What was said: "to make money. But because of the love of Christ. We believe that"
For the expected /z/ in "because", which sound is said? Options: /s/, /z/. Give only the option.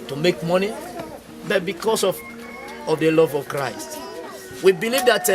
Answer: /s/